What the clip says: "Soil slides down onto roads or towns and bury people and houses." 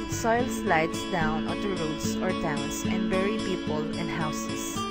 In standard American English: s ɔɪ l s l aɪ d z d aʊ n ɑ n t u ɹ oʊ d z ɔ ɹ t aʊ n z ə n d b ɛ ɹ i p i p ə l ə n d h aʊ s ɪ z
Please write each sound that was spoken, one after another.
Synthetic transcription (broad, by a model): s ɔɪ l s l aɪ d s d aʊ n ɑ t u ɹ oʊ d s ɔ ɹ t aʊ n s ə n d b ɛ ɹ i p i p ə l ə n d h aʊ s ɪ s